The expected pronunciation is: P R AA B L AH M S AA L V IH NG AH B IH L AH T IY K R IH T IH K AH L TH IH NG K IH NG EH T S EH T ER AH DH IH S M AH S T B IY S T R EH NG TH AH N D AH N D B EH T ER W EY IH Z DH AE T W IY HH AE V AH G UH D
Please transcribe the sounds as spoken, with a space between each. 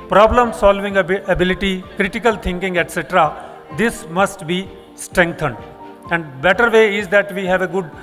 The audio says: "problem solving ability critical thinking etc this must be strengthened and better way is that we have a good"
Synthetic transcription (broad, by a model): P R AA B L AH M S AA L V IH NG AH B IH L AH T IY K R IH T IH K AH L T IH NG K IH NG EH T S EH T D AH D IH S M AH S T B IY S T R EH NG T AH N D AH N D B EH T ER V EY IH Z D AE T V IY HH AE V AH G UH D